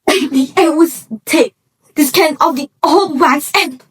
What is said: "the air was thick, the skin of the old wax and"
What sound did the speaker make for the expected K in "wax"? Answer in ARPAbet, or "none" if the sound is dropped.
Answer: none